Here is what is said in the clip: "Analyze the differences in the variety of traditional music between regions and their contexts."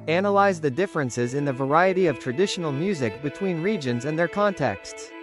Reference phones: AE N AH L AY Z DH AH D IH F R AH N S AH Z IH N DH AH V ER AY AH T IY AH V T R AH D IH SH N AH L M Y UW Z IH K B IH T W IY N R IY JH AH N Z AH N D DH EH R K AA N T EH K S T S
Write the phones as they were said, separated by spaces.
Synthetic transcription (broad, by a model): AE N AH L AY Z DH AH D IH F R AH N S AH Z IH N DH AH V ER AY AH T IY AH V T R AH D IH SH N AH L M Y UW Z IH K B IH T W IY N R IY JH AH N Z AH N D DH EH R K AA N T EH K S T S